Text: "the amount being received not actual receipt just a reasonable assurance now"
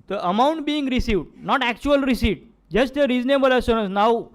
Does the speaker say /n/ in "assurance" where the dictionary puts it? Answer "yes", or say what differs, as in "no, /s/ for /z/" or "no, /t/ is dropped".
no, /n/ is dropped